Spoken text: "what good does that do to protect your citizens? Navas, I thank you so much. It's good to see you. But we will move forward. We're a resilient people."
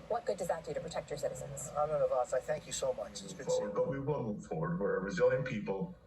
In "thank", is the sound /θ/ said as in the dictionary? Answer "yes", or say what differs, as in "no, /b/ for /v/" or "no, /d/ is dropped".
yes